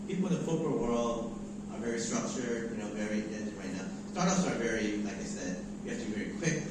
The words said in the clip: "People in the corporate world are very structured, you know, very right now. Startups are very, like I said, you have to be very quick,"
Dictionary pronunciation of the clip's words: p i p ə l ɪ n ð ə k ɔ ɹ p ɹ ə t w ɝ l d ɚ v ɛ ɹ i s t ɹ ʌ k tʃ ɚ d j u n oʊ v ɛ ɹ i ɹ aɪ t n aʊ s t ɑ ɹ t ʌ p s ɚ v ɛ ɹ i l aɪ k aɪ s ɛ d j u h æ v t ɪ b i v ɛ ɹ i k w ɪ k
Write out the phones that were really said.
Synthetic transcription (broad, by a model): p i p l ɪ n ð ə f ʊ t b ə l w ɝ l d ɚ v ɛ ɹ i s t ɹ ʌ k tʃ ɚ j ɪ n oʊ v ɛ ɹ i ɹ aɪ t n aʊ s t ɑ ɹ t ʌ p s ɚ v ɛ ɹ i l aɪ k aɪ s ɛ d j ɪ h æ f t ɪ b i v ɛ ɹ i k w ɪ k